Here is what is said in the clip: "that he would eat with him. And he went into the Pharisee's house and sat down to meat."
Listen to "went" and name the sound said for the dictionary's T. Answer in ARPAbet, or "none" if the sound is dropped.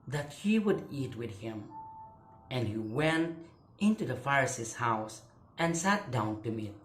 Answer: T